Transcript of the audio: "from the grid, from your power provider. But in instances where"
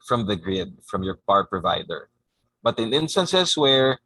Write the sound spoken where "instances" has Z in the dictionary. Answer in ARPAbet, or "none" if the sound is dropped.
S